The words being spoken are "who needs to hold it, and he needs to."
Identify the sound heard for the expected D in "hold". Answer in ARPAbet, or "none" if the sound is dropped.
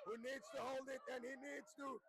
D